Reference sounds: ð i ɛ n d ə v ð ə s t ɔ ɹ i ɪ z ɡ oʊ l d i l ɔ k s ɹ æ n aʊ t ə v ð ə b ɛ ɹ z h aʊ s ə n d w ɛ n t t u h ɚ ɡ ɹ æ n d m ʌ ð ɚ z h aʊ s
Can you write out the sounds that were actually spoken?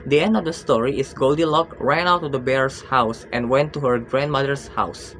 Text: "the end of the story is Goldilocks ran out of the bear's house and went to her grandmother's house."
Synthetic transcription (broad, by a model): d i ɛ n d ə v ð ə s t ɔ ɹ i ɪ s ɡ oʊ l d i l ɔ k ɹ æ n aʊ t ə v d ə b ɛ ɹ s h aʊ s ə n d w ɛ n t t u h ɚ ɡ ɹ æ n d m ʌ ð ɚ s h aʊ s